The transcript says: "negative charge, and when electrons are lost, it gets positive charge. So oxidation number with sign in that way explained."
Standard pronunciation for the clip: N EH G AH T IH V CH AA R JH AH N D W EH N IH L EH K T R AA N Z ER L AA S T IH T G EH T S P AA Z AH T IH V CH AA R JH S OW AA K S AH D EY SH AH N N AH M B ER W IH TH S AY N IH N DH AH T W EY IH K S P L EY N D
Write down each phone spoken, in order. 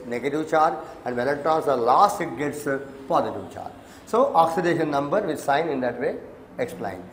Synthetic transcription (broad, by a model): N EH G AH T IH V CH AA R AH N D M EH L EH T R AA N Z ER L AA S T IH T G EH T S P AA Z AH T IH V CH AA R S OW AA K S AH D EY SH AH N N AH M B ER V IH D S AY N IH N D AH T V EY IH K S P L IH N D